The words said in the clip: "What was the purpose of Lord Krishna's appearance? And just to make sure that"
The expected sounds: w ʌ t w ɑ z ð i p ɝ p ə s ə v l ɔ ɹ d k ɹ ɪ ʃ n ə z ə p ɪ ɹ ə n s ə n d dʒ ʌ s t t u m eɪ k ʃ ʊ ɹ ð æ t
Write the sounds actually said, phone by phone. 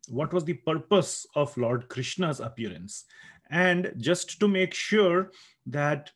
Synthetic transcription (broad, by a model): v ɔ t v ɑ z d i p ɝ p ə s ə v l ɔ ɹ d k ɹ ɪ ʃ n ə z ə p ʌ ɹ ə n s ə n d dʒ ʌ s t t u m eɪ k ʃ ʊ ɹ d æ t